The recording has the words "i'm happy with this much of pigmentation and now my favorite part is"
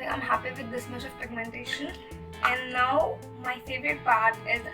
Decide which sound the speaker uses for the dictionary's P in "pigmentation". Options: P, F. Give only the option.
F